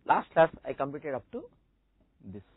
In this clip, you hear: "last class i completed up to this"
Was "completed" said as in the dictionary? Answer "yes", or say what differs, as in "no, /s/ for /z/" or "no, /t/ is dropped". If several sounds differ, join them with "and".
no, /l/ is dropped